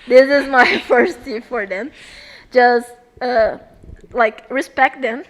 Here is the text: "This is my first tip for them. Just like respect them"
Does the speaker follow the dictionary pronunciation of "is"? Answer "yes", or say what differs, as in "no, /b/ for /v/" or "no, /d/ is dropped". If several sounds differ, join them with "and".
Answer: yes